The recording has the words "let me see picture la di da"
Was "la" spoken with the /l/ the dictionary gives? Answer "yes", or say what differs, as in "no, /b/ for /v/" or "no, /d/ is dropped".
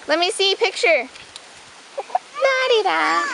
no, /n/ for /l/